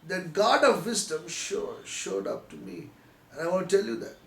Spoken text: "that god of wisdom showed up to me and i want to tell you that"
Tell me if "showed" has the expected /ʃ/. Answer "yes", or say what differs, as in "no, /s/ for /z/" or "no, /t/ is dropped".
yes